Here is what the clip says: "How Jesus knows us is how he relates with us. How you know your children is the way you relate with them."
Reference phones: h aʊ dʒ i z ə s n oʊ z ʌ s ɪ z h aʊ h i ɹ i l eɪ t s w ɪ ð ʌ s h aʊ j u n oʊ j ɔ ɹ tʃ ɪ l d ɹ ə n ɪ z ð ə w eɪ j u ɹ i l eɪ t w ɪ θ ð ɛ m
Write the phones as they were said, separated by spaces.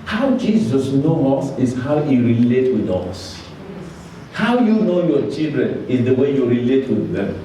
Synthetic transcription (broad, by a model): h aʊ dʒ i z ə s n oʊ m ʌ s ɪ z h aʊ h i ɹ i l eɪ t w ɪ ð ʌ s h aʊ j u n oʊ j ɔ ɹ tʃ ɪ l d ɹ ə n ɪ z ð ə w eɪ j u ɹ i l eɪ t w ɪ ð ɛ m